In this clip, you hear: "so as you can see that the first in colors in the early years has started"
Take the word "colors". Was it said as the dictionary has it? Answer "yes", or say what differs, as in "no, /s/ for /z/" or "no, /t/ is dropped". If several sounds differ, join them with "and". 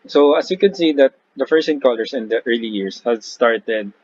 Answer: no, /s/ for /z/